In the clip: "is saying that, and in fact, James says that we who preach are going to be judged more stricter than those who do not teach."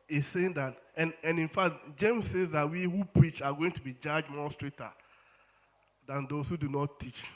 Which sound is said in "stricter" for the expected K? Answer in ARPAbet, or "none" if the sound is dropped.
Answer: none